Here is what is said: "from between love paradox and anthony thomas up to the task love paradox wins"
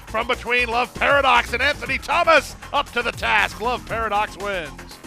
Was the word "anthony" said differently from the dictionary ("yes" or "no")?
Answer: no